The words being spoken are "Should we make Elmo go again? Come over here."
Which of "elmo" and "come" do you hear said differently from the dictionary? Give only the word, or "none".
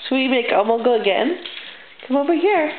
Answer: elmo